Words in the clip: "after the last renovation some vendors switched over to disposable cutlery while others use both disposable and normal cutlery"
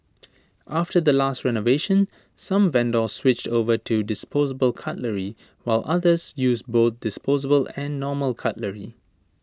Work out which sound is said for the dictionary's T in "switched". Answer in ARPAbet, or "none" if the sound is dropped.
T